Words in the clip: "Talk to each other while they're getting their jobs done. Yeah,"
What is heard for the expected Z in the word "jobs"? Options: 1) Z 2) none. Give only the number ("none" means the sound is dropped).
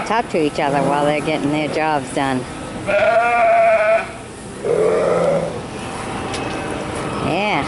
1